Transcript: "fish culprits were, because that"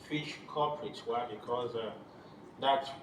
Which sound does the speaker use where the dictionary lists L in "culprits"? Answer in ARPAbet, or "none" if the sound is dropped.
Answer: none